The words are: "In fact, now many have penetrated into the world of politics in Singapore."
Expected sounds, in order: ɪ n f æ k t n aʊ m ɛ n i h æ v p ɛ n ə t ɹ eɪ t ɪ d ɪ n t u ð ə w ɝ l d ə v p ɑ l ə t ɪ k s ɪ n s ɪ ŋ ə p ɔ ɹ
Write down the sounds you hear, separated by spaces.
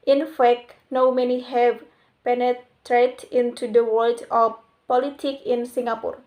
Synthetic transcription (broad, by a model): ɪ n f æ k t n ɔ m ɛ n i h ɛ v p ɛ n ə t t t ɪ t ɪ n t u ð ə w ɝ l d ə p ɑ l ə t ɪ k ɪ n s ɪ ŋ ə p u ɹ